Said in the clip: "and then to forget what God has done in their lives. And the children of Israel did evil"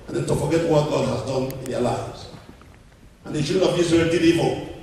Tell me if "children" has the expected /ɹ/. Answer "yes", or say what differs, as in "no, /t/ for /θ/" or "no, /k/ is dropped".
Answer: no, /ɹ/ is dropped